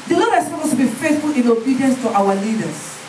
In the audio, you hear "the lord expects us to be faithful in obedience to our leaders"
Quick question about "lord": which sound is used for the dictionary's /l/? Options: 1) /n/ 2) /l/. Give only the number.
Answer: 1